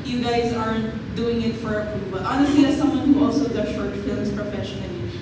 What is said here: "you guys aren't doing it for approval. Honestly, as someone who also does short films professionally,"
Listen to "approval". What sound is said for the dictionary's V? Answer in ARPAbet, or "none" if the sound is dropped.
B